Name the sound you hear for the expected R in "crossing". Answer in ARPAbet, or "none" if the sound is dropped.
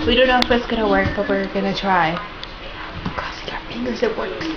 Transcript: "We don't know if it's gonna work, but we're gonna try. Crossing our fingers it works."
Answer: none